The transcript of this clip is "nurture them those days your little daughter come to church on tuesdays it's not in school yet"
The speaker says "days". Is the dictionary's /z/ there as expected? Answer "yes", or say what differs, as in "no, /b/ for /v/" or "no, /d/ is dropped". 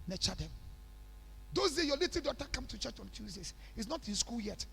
no, /z/ is dropped